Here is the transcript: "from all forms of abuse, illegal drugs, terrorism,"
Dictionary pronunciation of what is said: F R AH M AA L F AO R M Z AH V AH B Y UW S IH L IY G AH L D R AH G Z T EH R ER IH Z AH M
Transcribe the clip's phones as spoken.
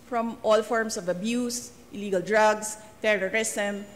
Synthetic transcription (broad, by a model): F R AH M AA L F AO R M S AH V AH B Y UW S IH L IY G AH L D R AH G S T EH R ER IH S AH M